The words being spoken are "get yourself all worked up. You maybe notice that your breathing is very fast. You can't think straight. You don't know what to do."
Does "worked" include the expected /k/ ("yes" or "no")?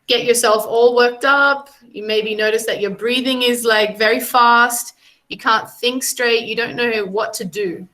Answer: yes